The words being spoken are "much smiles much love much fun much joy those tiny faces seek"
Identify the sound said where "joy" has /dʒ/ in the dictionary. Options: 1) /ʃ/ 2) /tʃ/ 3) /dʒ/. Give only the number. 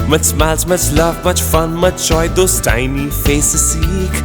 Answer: 2